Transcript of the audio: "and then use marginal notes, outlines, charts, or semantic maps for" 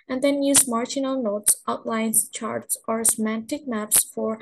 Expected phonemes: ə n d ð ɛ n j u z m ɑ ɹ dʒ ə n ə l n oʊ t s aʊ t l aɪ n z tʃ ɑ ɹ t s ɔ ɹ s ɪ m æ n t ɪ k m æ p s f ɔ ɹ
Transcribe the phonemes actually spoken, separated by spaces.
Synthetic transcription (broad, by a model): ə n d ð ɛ n j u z m ɑ ɹ dʒ ə n ə l n oʊ t s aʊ t l aɪ n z tʃ ɑ ɹ t s ɔ ɹ s ɪ m æ n t ɪ k m æ p s f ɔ ɹ